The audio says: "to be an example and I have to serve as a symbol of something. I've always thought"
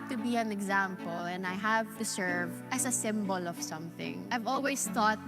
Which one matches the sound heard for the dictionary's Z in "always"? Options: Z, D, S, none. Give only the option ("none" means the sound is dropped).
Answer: S